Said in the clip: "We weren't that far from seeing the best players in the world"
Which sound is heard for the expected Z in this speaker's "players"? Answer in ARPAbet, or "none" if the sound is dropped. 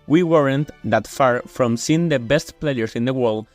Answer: S